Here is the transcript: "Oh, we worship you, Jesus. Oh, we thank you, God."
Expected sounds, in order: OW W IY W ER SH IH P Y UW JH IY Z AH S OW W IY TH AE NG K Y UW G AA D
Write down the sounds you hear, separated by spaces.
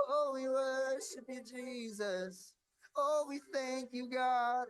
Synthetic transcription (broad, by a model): OW W IY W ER SH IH P Y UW JH IY Z AH S OW W IY TH AE NG K Y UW G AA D